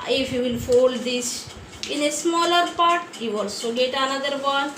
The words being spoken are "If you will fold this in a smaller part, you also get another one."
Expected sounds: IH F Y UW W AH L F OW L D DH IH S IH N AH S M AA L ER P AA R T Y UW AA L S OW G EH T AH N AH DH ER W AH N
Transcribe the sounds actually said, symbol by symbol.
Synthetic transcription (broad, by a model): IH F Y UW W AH L F OW L D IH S IH N AH S M AA L ER P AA R T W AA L S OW G EH T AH N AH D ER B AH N